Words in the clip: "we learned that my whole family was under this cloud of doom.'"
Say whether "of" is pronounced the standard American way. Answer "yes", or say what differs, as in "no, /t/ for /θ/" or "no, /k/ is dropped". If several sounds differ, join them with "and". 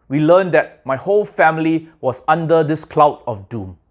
no, /f/ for /v/